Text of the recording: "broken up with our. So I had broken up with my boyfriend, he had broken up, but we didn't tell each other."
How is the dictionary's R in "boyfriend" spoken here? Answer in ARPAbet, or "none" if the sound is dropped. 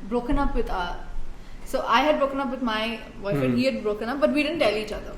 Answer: none